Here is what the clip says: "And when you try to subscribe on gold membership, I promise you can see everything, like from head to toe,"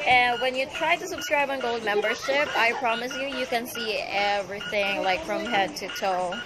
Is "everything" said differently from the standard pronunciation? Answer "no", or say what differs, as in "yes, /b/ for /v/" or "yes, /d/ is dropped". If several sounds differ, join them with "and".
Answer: no